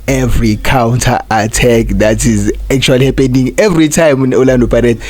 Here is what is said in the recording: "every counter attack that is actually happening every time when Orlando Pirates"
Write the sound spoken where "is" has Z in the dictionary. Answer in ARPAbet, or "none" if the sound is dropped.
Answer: Z